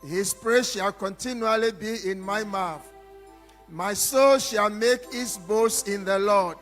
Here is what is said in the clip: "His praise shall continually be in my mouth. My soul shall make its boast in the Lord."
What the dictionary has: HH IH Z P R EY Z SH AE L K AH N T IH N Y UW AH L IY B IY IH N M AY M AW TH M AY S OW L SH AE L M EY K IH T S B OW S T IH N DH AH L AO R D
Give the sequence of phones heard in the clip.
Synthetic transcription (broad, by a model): HH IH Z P R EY SH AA L K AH N T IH N Y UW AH L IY B IY IH N M AY M AW TH M AY S OW L SH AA L M EY K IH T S B OW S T IH N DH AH L AO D